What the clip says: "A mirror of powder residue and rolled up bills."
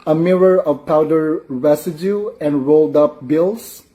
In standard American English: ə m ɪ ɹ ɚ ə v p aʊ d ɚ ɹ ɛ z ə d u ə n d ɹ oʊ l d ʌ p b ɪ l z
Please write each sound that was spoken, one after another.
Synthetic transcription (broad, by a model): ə m ɪ ɹ ɚ ə v p aʊ d ɚ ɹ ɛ s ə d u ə n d ɹ oʊ l d ʌ p b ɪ l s